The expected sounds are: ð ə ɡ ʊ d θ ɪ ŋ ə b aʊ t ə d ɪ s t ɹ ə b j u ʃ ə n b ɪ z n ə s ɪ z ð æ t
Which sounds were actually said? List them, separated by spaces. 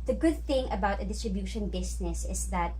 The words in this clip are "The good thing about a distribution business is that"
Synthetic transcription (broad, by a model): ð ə ɡ ʊ d θ ɪ ŋ ə b aʊ t ə d ɪ s t ɹ ə b j u ʃ ə n b ɪ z n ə s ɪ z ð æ t